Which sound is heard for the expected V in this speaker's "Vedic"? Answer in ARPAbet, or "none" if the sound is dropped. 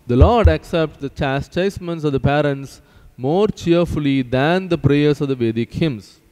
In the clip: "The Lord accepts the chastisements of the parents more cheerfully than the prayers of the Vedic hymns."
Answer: V